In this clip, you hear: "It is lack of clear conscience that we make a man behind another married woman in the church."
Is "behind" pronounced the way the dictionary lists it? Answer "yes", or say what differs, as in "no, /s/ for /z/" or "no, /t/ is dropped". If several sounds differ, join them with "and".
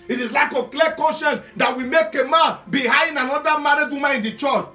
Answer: no, /d/ is dropped